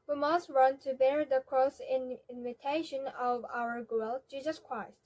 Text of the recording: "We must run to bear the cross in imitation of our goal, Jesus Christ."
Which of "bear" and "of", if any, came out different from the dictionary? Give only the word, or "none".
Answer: none